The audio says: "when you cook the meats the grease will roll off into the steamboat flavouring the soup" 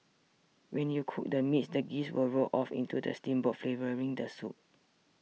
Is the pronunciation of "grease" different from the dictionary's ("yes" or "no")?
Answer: yes